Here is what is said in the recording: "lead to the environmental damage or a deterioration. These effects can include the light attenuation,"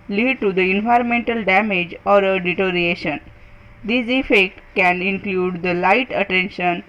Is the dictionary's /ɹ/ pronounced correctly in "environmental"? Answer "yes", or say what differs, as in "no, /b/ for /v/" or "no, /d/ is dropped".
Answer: yes